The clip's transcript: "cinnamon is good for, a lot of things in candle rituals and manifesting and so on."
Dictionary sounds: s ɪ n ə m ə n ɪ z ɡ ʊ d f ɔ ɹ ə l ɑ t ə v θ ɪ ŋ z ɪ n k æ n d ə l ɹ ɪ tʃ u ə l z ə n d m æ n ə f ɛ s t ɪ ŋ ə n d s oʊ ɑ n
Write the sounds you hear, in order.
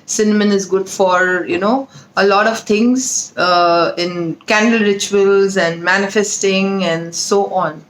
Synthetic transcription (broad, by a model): s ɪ n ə m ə n ɪ z ɡ ʊ d f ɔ ɹ ə l ɑ t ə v t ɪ ŋ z ɪ n k æ n d ə l ɹ ɪ tʃ u ə l z ə n d m æ n ə f ɛ s t ɪ ŋ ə n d s oʊ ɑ n